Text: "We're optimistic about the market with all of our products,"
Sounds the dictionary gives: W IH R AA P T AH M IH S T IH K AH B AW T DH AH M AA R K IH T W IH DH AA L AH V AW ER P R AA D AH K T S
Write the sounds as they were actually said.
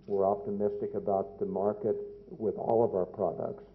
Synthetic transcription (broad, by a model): W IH R AA P T AH M IH S T IH K AH B AW T DH AH M AA R K IH T W IH DH AA L AH V AW ER P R AA D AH K T S